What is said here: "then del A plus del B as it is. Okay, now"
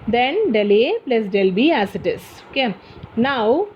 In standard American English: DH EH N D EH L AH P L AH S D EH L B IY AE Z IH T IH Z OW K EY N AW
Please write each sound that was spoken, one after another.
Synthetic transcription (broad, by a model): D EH N D EH L AH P L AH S D EH L B IY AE S IH T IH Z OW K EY N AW